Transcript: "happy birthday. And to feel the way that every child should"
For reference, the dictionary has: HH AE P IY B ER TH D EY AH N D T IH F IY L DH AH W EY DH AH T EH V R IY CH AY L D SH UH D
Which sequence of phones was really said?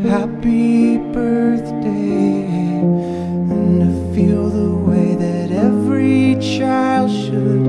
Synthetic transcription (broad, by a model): HH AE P IY B ER TH D EY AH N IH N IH F IY L DH AH W EY DH AH T EH V R IY CH AY L D SH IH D